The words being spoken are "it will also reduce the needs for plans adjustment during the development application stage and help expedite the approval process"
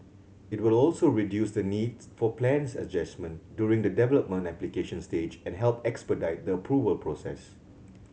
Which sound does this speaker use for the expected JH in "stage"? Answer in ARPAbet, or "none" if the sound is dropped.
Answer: JH